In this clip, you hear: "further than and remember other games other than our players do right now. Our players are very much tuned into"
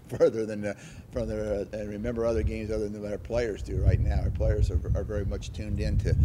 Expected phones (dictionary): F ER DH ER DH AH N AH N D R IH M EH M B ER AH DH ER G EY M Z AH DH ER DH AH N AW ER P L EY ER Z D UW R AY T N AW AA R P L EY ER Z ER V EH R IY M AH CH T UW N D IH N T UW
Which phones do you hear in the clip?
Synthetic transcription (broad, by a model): F ER DH ER DH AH N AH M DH R IH M EH M B ER AH DH ER G EY M Z AH DH ER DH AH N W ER P L EY ER Z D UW R AY T N AW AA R P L EY ER Z ER V EH R IY M AH CH T UW N D IH N T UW